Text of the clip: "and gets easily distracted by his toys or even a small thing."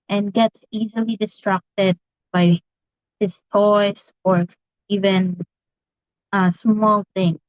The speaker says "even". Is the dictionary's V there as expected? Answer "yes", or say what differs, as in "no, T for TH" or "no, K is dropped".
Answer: yes